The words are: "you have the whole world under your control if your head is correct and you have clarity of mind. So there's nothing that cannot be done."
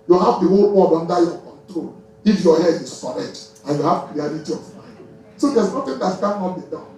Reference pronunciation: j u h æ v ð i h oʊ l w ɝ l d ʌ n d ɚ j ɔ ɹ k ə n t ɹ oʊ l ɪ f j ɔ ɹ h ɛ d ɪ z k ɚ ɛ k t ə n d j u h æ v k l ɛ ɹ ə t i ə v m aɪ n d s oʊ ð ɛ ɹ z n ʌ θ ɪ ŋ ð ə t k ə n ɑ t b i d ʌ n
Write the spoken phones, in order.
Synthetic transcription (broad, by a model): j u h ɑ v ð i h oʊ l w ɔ d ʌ n d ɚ j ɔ k ə n t ɹ oʊ l ɪ f j ɔ h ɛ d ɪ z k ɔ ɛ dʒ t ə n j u h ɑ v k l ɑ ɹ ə t i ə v m aɪ n d s oʊ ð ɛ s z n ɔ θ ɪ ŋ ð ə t k ə n ɑ t b i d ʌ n